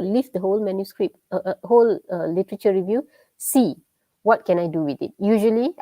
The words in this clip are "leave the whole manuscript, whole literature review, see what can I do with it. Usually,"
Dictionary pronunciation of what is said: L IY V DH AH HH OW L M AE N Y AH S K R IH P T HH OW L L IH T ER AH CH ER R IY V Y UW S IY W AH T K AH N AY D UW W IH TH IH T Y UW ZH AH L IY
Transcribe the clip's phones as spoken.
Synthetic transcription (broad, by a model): L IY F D AH HH OW L M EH N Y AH S K R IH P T HH OW L L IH T ER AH CH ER R IY V Y UW S IY W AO T K AH N AY D UW W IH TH IH T Y UW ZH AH L IY